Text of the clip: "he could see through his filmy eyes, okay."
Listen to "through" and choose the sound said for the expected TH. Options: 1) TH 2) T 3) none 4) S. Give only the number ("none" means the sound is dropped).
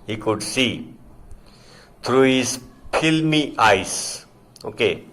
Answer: 2